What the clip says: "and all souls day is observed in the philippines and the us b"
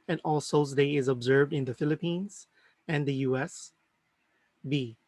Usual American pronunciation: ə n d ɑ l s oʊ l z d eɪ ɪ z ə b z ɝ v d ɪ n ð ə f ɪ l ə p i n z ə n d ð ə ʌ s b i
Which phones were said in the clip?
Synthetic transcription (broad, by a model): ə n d ɑ l s oʊ z d eɪ ɪ z ə b z ɝ v d ɪ n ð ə f ɪ l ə p i n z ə n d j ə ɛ s b i